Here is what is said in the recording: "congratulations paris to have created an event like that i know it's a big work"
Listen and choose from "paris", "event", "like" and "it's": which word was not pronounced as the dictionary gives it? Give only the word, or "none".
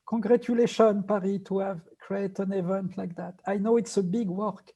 paris